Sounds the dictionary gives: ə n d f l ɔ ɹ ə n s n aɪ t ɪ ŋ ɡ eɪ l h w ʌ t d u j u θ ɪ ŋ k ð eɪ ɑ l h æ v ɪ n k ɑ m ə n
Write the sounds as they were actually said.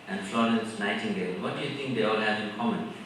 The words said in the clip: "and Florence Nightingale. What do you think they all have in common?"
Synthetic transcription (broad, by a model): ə n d f l ɔ ɹ ə n s n aɪ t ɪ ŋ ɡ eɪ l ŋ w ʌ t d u j u t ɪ ŋ k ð eɪ ɑ l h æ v ɪ n k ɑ m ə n